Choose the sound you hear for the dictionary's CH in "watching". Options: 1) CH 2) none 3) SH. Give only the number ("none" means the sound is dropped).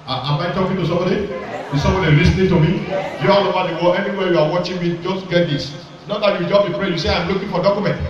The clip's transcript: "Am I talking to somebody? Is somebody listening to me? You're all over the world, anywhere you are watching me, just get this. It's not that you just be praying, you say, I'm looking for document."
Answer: 1